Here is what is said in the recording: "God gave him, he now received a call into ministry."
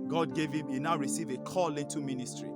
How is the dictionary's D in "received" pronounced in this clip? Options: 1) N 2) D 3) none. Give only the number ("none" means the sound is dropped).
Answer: 3